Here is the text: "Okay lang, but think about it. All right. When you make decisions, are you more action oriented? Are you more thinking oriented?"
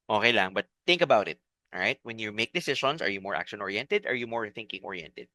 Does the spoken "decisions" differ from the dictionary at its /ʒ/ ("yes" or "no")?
yes